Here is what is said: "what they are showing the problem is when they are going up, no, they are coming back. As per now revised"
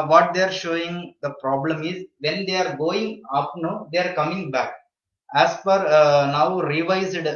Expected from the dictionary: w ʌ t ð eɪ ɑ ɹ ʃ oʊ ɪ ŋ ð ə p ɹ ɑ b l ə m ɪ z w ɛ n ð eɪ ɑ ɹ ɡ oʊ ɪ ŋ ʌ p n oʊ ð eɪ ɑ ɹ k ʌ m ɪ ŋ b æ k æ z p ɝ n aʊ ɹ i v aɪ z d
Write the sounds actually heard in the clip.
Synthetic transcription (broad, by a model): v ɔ t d eɪ ɑ ɹ ʃ oʊ ɪ ŋ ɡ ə p ɹ ɑ b l ə m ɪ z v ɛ n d eɪ ɑ ɹ ɡ oʊ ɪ ŋ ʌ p n oʊ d eɪ ɑ ɹ k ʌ m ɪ ŋ b æ k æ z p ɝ n aʊ ɹ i v aɪ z d